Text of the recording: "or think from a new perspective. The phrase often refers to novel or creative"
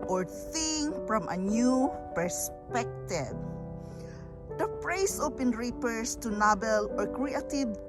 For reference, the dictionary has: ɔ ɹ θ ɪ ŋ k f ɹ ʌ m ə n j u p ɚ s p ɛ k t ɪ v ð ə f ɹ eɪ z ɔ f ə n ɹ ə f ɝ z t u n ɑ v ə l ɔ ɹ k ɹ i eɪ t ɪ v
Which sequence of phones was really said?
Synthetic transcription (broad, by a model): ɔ ɹ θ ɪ ŋ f ɹ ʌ m ə n j u p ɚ s p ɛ k t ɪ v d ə p ɹ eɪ s ɔ p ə n ɹ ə p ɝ s t u n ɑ b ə l ɔ ɹ k ɹ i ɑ t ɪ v